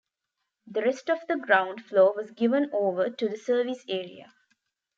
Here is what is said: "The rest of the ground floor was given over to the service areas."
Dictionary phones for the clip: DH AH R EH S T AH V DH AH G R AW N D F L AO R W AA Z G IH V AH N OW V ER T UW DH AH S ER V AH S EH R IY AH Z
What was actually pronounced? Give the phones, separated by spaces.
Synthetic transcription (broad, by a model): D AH R EH S T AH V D AH G R AW N D F L AO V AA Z G IH V AH N OW V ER T UW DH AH S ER V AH S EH R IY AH